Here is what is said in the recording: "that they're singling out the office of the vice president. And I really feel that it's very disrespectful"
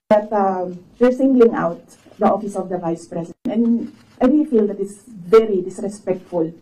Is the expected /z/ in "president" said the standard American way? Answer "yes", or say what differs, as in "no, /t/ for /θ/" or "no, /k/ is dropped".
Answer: no, /s/ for /z/